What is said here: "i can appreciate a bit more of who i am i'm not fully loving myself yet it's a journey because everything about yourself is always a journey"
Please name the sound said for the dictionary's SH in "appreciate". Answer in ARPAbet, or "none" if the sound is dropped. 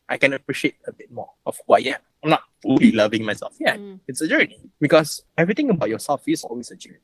SH